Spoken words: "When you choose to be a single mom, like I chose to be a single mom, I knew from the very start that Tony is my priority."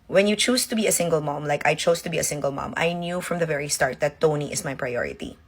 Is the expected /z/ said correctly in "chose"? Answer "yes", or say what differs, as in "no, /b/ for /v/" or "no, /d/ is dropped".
no, /s/ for /z/